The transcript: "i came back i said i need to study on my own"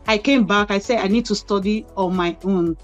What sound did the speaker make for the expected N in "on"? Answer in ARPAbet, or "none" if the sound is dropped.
L